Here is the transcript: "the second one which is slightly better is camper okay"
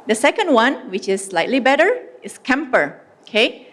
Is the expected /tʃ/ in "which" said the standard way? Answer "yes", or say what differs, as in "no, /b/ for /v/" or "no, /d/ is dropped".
yes